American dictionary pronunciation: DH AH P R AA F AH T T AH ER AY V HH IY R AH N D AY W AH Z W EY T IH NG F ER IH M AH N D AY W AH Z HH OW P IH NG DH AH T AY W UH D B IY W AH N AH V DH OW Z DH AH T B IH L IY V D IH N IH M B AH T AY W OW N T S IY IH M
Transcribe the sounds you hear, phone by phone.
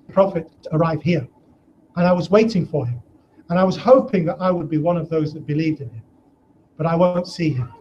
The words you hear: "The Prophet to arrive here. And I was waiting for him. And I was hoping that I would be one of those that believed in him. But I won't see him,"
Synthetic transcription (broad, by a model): P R AA F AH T T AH ER AY V HH IY R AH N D AY W AH Z W EY T IH NG F ER IH M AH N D AY W AH Z HH OW P IH NG DH AH T AY W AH D B IY W AH N AH V DH OW Z DH AH T B IH L IY V D IH N IH M B AH T AY W OW N T S IY IH M